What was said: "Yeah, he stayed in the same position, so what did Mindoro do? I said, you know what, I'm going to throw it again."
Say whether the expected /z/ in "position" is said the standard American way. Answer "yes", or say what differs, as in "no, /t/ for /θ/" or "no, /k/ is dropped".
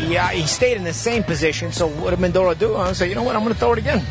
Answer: yes